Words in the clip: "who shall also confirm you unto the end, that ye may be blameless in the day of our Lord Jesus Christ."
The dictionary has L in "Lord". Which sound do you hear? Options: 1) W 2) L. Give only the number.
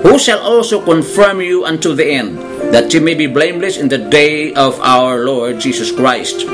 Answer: 2